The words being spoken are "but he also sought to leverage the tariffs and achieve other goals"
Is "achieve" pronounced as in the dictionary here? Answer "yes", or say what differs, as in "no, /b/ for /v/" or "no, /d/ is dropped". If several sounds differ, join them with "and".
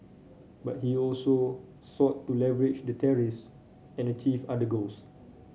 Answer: no, /f/ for /v/